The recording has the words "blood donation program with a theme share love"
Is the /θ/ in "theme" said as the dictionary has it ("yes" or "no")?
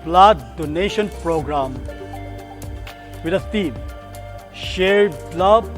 no